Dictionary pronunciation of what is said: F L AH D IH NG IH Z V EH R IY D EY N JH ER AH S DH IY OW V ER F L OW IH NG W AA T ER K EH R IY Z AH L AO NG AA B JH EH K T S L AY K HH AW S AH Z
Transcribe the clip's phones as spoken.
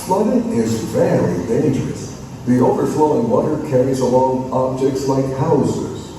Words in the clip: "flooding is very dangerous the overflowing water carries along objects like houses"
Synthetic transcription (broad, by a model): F L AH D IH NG IH Z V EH L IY D EY N JH ER AH S DH IY OW V ER F L OW IH NG W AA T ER K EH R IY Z AH L AO NG AA B JH EH K T S L AY K HH AW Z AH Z